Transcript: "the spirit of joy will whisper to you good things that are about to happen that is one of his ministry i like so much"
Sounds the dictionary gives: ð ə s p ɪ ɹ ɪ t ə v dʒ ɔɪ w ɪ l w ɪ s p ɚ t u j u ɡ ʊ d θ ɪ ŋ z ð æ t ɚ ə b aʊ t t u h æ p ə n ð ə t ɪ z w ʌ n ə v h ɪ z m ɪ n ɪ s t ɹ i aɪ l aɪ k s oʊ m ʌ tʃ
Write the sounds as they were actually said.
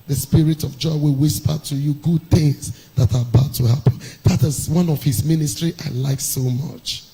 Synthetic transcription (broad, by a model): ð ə s p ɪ ɹ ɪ t ə v dʒ ɔɪ w ɪ l w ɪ s p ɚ t u j u ɡ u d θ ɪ ŋ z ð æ t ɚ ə b aʊ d t u h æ p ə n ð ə t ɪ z w ʌ n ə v h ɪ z m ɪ n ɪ s t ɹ i aɪ l aɪ k s oʊ m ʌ tʃ